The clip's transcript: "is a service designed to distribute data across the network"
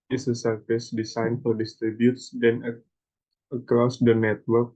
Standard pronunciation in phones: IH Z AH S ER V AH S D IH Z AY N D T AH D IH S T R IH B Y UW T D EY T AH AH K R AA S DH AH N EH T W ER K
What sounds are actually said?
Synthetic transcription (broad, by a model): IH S AH S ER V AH S D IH S AY N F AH D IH S T R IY B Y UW T D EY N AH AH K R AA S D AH N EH T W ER K